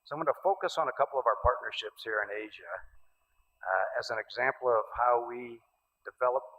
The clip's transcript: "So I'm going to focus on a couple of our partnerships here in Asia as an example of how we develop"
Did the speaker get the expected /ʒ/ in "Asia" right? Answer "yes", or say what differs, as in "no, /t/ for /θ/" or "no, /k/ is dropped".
yes